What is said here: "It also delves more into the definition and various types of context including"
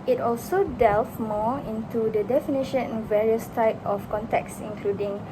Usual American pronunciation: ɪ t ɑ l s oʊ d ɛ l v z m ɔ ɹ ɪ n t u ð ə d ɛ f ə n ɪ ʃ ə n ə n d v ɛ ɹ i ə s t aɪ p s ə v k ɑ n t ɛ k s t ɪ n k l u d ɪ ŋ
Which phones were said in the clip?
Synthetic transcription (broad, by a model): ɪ t ɑ l s oʊ d ɛ l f m ɔ ɪ n t u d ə d ɛ f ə n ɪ ʃ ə n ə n v ɛ ɹ i ə s t aɪ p ə f k ɑ n t ɛ k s ɪ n k l u d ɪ ŋ